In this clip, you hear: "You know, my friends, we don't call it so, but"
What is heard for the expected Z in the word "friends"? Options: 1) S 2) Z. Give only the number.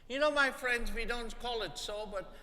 2